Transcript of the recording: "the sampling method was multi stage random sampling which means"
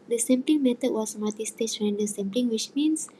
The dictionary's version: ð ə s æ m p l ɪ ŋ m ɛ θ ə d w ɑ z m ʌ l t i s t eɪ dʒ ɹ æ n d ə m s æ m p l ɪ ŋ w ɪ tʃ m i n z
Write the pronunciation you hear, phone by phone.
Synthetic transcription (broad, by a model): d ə s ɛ m p l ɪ ŋ m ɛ t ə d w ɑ s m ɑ t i s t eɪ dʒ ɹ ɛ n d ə s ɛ m p l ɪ ŋ w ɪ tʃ m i n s